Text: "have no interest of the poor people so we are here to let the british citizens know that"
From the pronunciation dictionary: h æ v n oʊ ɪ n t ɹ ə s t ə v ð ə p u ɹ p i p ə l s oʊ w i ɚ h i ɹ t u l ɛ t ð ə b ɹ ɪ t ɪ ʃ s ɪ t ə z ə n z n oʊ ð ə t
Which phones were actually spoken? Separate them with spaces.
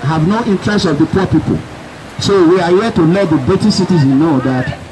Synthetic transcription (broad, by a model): h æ v n oʊ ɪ n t ɹ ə s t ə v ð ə p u p i p ə l s oʊ w i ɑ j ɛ t u l ɛ t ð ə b ɪ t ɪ s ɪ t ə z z n oʊ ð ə t